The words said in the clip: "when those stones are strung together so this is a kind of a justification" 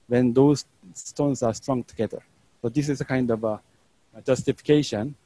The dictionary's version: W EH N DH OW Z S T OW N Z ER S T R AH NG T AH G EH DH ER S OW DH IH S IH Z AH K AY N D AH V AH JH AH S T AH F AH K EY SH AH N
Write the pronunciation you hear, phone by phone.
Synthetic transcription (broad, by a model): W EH N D OW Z S T OW N S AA S T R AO NG T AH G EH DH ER S OW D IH S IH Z AH K AY N D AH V AH JH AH S T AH F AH K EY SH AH N